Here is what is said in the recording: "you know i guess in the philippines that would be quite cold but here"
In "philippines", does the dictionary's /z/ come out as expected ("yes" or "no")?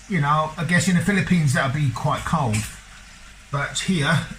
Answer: yes